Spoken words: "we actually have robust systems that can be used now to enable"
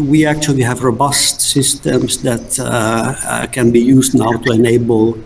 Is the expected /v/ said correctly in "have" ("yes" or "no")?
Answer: yes